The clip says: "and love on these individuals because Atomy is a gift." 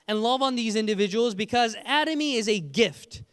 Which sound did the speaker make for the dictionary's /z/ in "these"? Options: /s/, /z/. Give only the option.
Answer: /z/